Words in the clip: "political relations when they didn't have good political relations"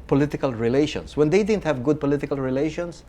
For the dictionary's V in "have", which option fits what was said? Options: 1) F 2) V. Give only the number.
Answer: 2